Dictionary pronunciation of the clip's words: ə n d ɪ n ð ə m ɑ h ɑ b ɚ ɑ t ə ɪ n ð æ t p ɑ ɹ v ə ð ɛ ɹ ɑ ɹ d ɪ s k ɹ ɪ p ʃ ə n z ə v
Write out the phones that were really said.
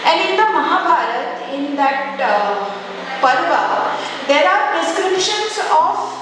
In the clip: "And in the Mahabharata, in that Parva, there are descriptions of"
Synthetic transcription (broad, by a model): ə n d ɪ n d ə m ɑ h ɑ b ɑ t ə ɪ n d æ t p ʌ ɹ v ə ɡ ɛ l ɑ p d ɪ s k ɹ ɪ p ʃ ə n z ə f